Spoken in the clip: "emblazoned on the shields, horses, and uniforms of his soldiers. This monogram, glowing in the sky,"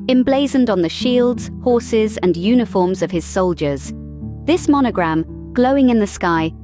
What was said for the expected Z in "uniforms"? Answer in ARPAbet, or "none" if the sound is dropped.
Z